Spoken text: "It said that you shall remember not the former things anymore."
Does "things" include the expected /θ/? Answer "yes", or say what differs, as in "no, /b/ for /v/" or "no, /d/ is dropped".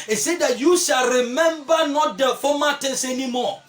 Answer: no, /t/ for /θ/